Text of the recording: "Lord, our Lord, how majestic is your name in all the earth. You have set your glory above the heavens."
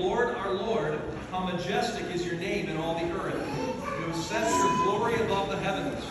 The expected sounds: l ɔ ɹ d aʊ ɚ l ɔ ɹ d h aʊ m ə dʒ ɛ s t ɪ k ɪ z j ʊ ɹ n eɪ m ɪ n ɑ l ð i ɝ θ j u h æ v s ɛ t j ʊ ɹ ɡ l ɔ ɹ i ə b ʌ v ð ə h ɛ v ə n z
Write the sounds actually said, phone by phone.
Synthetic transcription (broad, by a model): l ɔ ɹ d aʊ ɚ l ɔ ɹ d h aʊ m ə dʒ ɛ s t ɪ k ɪ z j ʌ ɹ n eɪ m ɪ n ɑ l ð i ɝ θ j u s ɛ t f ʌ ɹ ɡ l ɔ ɹ i ə b ʌ v ð ə h ɛ v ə n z